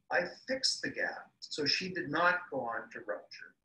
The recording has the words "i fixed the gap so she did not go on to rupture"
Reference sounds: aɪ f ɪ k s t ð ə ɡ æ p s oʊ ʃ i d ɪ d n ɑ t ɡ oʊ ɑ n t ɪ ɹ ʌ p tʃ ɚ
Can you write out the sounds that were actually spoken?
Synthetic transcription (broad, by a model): aɪ f ɪ k s ð ə ɡ æ p s oʊ ʃ i d ɪ d n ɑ t ɡ oʊ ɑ n t ɪ ɹ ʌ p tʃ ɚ